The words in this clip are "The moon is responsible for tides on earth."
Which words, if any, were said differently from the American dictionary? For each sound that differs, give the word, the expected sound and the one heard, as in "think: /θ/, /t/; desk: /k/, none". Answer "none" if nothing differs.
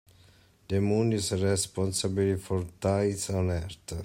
is: /z/, /s/; earth: /θ/, /t/